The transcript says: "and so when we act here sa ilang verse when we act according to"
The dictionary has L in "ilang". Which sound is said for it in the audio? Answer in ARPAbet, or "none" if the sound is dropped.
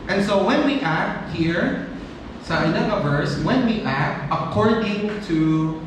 N